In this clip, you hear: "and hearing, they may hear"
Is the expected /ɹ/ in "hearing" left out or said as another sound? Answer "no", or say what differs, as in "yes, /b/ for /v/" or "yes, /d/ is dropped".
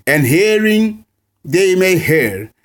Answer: no